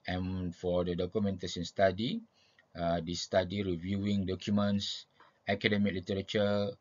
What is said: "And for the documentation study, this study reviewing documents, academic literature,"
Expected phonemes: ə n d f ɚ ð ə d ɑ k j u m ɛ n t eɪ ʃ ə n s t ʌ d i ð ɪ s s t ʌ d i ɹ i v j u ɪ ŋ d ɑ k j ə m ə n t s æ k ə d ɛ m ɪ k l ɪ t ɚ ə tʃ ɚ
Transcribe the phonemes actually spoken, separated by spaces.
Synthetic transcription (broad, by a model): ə n f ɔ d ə d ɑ k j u m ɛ n t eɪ s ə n s t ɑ d i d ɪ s s t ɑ d i ɹ i v j u ɪ ŋ d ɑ k j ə m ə n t s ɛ k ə d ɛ m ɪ k l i t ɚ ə tʃ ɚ